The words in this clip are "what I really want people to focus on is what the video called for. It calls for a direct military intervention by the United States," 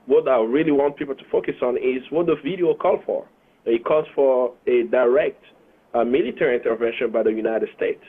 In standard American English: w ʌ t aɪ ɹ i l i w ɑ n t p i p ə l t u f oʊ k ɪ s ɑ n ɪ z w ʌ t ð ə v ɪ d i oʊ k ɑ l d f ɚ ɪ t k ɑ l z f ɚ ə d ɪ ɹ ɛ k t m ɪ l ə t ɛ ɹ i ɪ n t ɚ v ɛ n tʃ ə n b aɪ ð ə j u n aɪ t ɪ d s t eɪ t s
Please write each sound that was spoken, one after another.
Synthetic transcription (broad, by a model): w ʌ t aɪ ɹ i l i w ɑ n t p i p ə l t u f oʊ k ɪ s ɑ n ɪ z w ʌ t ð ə v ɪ d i oʊ k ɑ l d f ɚ ɪ t k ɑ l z f ɚ ə d ɪ ɹ ɛ k t m ɪ l ə t ɛ ɹ i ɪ n t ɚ v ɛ n ʃ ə n b aɪ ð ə j u n aɪ t ɪ d s t eɪ t s